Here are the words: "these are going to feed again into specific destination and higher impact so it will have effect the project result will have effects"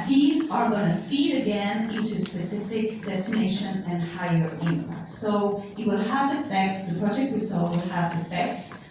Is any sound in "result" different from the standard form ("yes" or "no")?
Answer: yes